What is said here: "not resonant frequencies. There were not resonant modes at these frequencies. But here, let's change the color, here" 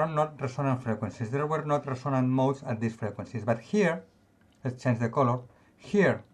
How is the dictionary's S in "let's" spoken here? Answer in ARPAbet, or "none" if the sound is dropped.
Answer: none